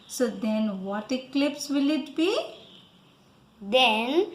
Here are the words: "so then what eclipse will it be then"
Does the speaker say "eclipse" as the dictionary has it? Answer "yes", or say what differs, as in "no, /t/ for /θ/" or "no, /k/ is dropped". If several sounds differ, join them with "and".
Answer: yes